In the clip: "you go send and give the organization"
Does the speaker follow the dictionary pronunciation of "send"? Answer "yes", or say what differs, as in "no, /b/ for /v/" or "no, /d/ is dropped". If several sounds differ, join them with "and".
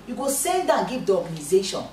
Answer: no, /l/ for /n/